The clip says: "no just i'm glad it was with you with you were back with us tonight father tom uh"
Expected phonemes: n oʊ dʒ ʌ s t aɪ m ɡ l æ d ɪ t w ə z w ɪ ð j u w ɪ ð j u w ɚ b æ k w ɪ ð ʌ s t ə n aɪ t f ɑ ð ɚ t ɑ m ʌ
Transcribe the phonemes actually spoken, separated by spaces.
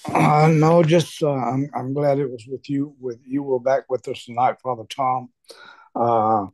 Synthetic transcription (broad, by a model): n oʊ dʒ ʌ s t aɪ m ɡ l æ d ɪ t w ə z w ɪ ð j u w ɪ ð j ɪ w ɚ b æ k w ɪ ð ʌ s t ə n aɪ t f ɑ ð ɚ t ɑ m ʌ